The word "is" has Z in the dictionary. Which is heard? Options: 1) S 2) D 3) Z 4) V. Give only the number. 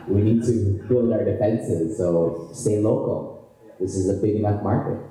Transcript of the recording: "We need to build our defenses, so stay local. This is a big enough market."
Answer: 3